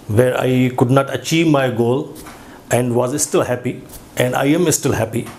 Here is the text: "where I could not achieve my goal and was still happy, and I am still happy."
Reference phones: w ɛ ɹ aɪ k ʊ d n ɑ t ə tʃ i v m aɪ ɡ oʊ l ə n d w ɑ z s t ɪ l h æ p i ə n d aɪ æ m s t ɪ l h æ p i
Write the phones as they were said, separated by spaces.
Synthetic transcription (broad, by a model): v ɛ ɹ aɪ k ʊ d n ɑ t ə tʃ i v m aɪ ɡ oʊ l ə n d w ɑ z s t ɪ l h æ p i ə n d aɪ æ m s t ɪ l h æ p i